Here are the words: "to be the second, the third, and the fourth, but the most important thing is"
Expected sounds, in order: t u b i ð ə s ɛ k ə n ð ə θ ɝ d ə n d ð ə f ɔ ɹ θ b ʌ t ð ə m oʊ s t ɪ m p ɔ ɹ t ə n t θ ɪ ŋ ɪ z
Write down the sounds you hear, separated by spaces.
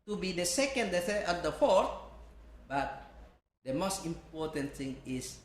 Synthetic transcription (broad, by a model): t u b i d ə s ɛ k ə n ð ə s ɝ ə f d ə f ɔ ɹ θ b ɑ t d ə m oʊ s t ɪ m p ɔ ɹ t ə n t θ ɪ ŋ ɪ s